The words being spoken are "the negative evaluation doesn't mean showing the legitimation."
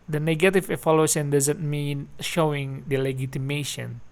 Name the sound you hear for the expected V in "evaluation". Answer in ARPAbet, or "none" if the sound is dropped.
F